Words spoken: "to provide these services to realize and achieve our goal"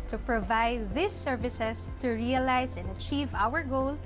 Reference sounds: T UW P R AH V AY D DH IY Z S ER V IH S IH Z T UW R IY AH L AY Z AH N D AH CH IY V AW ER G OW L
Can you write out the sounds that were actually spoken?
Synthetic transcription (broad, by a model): T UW P R AH V AY D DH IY S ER V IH S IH S T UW R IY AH L AY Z AH N D AH CH IY V AW ER G OW L